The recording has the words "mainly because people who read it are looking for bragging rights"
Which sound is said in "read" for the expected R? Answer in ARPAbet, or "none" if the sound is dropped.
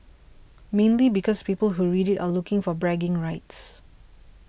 R